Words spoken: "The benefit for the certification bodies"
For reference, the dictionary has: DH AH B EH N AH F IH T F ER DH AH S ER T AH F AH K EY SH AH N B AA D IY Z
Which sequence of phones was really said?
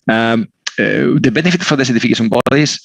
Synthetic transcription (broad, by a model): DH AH B EH N AH F IH T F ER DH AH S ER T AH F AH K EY S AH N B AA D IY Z